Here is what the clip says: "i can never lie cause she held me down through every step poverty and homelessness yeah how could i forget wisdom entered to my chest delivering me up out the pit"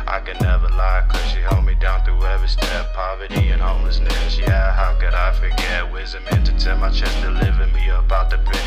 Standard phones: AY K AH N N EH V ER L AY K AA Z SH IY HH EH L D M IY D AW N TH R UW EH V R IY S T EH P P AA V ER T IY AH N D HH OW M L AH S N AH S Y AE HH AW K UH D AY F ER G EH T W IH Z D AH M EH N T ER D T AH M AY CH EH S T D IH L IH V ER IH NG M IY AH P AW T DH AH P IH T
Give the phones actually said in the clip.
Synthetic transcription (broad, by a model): AY K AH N N EH V ER L AY K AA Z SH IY HH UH L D M IY D AW N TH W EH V IY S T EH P P AA V ER T IY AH N HH OW M L AH S N AH S Y AE HH AW K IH D AY F ER G EH T W IH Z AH M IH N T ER T AH M AY CH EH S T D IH L IH V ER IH M IY AH P AW T DH AH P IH